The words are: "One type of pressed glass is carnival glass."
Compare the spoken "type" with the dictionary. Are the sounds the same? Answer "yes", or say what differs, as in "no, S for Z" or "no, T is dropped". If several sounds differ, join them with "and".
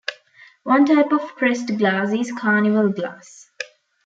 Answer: yes